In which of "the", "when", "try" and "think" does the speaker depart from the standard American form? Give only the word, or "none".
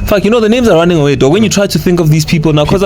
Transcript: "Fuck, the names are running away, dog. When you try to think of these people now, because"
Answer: none